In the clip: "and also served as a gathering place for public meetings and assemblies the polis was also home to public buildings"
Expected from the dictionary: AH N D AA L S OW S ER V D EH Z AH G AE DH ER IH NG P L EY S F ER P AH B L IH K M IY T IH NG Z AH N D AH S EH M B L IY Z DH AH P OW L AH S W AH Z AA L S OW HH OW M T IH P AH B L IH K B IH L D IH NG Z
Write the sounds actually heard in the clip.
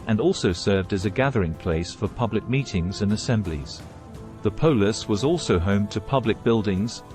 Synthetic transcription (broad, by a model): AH N AA L S OW S ER V D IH Z AH G AE DH ER IH NG P L EY S F ER P AH B L IH K M IY T IH NG Z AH N AH S EH M B L IY Z DH AH P OW L AH S W AH Z AA L S OW HH OW M T IH P AH B L IH K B IH L D IH NG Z